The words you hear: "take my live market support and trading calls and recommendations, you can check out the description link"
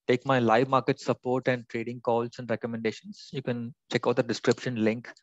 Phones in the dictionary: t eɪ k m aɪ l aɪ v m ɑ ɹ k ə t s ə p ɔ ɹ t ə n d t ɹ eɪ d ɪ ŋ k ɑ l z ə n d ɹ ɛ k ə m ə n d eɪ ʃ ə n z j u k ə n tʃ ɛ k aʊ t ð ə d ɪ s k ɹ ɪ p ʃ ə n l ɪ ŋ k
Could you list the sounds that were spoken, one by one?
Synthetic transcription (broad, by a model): t eɪ k m aɪ l aɪ v m ɑ ɹ k ə t s ə p ɔ ɹ t ə n d t ɹ eɪ d ɪ ŋ k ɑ l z ə n d ɹ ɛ k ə m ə n d eɪ ʃ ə n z j u k ə n tʃ ɛ k aʊ t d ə d ɪ s k ɹ ɪ p ʃ ə n l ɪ ŋ k